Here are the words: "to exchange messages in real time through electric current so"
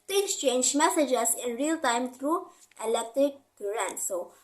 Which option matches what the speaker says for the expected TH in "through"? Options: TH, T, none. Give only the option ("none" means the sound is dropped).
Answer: T